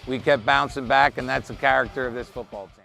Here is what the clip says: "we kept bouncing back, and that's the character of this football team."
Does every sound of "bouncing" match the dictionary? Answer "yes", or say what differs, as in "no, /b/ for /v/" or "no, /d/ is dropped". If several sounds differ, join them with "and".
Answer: yes